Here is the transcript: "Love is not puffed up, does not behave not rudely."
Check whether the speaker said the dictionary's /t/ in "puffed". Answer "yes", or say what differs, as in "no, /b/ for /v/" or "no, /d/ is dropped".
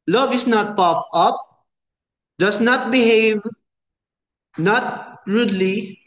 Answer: no, /t/ is dropped